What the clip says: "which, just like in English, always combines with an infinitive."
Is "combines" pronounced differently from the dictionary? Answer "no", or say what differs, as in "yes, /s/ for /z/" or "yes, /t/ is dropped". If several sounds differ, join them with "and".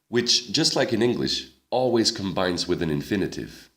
no